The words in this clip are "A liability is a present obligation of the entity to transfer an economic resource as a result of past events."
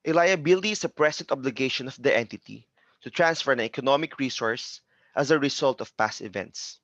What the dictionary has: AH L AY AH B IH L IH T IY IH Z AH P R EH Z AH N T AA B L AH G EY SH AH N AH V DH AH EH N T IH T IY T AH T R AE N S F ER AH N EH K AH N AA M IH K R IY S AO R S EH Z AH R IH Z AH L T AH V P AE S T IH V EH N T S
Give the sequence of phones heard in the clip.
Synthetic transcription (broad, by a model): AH L AY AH B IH L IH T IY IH S AH P R EH S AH N T AA B L AH G EY SH AH N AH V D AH EH N T IH T IY T AH T R AE N S F ER AH N EH K AH N AA M IH K R IY S AO R S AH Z AH R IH S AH L T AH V P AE S T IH V EH N T S